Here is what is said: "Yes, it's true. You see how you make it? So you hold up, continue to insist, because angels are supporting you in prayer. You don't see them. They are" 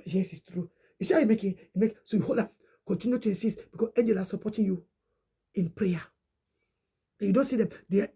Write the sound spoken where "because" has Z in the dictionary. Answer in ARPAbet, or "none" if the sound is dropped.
S